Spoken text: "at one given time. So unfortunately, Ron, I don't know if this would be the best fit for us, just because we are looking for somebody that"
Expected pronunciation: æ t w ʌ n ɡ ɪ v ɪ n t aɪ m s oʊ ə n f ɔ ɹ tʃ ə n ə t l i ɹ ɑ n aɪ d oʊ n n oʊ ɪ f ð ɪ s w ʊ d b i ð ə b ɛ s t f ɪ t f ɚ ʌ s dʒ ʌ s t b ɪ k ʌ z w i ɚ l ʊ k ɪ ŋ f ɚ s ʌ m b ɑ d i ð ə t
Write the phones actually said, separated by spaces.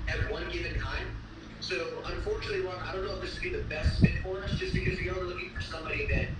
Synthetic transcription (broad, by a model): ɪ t w ʌ n ɡ ɪ v ɪ n t aɪ m s oʊ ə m f ɔ ɹ tʃ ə n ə t l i w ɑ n aɪ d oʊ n n oʊ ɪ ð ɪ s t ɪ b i ð ə b ɛ s t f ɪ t f ɚ ʌ s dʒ ʌ s b ɪ k ʌ z w i ɚ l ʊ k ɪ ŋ f ɚ s ʌ m b ɑ d i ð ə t